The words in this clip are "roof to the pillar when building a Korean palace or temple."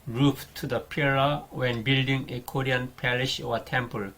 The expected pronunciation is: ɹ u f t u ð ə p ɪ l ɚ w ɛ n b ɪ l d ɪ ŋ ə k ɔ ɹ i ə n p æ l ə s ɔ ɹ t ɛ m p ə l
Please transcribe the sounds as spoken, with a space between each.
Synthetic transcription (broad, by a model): ɹ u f t u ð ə p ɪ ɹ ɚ w ɛ n b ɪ l d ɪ ŋ ə k ɔ ɹ i ə n p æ l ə ʃ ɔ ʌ t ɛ m p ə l